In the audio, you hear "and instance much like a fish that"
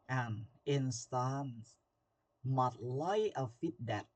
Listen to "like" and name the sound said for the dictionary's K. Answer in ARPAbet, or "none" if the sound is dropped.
none